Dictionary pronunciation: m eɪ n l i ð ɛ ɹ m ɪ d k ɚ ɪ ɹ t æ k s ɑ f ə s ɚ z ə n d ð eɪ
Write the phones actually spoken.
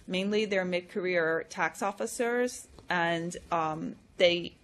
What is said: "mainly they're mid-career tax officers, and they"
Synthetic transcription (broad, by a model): m eɪ n l i ð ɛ ɹ m ɪ d k ɚ ɪ ɹ t æ k s ɑ f ə s ɚ z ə n ð eɪ